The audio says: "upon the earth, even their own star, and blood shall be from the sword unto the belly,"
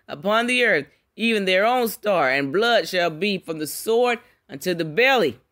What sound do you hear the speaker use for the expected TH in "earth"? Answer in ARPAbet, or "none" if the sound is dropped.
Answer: TH